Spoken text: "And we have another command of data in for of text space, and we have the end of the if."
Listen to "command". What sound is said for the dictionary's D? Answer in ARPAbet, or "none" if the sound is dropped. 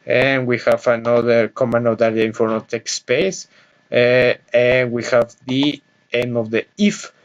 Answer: none